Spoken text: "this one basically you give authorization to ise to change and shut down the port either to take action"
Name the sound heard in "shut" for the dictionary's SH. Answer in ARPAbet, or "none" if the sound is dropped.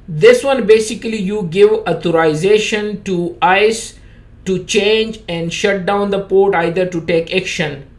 SH